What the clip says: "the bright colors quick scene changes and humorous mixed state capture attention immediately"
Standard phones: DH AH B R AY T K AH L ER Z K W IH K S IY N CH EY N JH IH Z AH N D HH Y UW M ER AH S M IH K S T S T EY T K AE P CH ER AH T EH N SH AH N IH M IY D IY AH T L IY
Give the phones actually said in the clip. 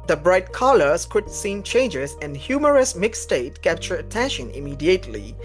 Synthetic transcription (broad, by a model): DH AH B R AY T K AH L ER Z K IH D S IY N CH EY N JH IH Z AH N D HH Y UW M ER AH S M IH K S S T EY T K AE P CH ER AH T EH N SH AH N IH M IY D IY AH T L IY